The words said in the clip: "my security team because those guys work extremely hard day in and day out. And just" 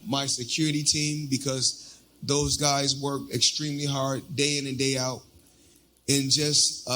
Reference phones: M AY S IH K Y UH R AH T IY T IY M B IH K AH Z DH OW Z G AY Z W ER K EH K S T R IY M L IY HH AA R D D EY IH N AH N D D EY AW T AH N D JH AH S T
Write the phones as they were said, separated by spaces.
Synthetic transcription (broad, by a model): M AY S IH K Y UH R AH T IY T IY M B IH K AH Z DH OW Z G AY Z W ER K EH K S T R IY M L IY HH AA R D D EY IH N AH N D D EY AW T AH N JH AH S T